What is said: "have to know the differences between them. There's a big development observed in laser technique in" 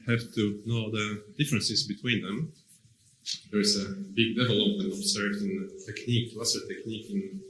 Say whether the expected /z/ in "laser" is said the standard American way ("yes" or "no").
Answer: no